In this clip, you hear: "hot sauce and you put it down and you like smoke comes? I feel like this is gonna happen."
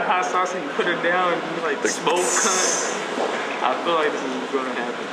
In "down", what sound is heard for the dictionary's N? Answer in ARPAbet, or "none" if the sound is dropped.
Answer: none